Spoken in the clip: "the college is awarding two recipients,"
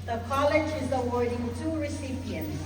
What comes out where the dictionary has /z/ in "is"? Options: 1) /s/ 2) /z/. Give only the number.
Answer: 2